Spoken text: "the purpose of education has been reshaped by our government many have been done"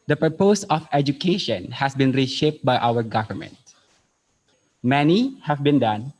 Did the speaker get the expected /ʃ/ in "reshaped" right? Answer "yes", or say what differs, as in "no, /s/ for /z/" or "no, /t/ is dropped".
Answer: yes